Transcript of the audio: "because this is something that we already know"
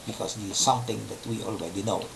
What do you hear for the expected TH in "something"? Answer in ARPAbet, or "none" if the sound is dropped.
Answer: T